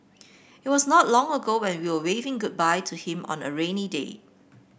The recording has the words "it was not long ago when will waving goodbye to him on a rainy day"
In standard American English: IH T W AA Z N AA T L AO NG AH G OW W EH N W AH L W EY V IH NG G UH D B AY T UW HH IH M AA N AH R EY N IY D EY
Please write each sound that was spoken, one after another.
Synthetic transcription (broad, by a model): IH T W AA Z N AA T L AO NG AH G OW W EH N W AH W W EY V IH NG G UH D B AY T UW HH IH M AA N AH R EY N IY D EY